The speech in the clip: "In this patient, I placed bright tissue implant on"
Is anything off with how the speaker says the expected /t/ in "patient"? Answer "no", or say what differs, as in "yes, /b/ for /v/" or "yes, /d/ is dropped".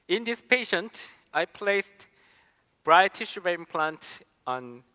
no